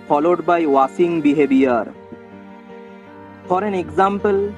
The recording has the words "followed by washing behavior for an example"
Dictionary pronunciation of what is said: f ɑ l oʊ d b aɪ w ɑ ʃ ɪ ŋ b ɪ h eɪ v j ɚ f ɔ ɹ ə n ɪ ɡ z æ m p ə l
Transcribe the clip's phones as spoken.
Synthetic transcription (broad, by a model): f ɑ l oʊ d b aɪ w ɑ s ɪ ŋ b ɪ h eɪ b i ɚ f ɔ ɹ ə n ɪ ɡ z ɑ m p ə l